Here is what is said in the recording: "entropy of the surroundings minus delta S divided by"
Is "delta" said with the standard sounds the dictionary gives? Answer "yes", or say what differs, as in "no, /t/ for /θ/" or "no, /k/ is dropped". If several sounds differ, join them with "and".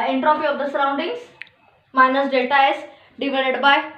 no, /l/ is dropped